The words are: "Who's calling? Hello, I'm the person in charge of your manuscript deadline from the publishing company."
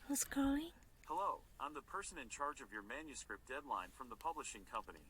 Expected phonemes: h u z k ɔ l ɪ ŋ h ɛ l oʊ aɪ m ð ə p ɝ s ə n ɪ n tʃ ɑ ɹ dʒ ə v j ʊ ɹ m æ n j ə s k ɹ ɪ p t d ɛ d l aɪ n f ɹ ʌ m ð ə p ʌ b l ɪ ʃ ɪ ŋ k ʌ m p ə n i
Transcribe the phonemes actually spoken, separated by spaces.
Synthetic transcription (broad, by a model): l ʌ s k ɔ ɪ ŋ h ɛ l oʊ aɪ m ð ə p ɝ s ə n ɪ n tʃ ɑ ɹ dʒ ə v j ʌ ɹ m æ n j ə s k ɹ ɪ p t d ɛ d l aɪ n f ɹ ʌ m ð ə p ʌ b l ɪ ʃ ɪ ŋ k ʌ m p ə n i